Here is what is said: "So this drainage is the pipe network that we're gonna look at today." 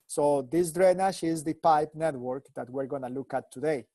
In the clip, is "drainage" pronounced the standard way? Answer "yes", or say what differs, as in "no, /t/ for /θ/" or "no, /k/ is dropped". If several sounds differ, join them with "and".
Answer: no, /ʃ/ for /dʒ/